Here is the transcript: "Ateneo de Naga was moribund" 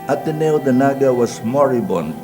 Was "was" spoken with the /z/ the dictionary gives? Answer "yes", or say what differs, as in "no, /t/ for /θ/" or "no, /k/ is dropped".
no, /s/ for /z/